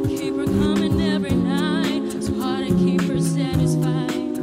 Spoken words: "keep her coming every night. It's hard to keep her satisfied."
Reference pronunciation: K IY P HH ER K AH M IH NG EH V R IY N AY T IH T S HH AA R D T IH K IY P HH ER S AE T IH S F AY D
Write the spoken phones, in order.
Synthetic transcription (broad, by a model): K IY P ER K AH M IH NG EH V R IY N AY IH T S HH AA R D T IH K IY P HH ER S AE T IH S F AY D